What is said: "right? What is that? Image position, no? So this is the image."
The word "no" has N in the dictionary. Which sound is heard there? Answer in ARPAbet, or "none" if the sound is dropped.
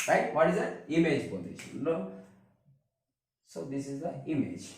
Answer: L